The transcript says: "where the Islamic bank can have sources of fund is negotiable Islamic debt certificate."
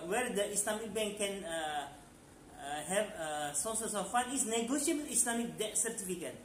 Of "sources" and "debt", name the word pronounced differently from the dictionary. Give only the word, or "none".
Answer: sources